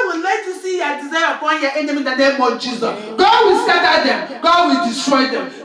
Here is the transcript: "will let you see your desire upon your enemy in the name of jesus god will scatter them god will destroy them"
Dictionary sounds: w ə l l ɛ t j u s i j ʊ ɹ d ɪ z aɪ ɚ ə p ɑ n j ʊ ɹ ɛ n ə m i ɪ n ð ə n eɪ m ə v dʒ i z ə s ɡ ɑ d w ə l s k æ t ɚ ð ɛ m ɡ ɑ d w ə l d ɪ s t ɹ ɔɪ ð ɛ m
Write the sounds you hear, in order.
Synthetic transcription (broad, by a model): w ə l l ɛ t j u s i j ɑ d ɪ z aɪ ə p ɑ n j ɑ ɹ ɛ n ə m i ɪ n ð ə n eɪ m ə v dʒ i z ə s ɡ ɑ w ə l s ɑ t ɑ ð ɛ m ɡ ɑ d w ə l d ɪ s t ɹ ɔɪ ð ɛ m